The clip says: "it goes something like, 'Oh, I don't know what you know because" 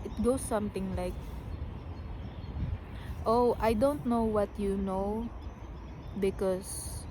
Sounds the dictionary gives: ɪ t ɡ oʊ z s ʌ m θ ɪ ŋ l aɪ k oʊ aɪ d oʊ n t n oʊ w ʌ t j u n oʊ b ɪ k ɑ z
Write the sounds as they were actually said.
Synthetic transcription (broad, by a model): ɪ t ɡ oʊ s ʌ m t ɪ ŋ l aɪ k oʊ aɪ d oʊ n t n oʊ w ʌ t j u n oʊ b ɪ k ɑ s